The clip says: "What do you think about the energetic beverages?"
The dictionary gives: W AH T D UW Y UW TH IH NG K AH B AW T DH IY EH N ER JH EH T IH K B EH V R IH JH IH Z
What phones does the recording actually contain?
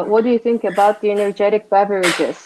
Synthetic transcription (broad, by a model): W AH T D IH Y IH TH IH NG K AH B AW T DH IY EH N ER JH EH T IH K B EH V R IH JH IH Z